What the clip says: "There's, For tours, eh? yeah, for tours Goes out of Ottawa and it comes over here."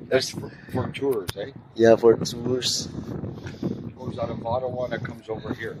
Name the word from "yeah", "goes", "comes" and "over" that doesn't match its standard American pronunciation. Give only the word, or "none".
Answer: none